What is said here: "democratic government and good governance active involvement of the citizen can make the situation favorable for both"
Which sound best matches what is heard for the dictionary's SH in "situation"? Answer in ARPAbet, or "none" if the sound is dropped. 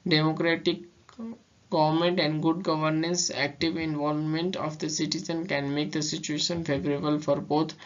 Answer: SH